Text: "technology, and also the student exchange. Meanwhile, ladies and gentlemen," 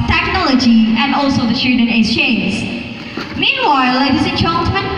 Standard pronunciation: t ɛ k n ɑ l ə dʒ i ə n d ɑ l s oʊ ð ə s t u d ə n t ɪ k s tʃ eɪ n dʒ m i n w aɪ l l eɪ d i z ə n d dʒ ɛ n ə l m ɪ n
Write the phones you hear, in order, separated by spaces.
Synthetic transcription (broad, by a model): t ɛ k n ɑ l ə dʒ i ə n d ɑ l s oʊ ð ə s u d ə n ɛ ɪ s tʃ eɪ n z m i n w aɪ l l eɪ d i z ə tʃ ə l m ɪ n